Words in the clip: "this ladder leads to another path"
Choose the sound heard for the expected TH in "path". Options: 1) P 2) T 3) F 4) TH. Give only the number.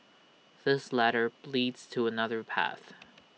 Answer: 4